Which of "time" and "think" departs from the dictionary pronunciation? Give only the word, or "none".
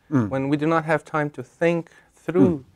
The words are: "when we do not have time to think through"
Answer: none